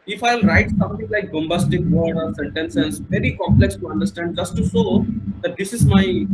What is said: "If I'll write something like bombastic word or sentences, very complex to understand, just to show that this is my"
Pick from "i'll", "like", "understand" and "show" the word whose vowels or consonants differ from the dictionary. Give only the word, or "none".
show